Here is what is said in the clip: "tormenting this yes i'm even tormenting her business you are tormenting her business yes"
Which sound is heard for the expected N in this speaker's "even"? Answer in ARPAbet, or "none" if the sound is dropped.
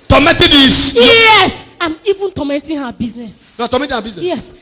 N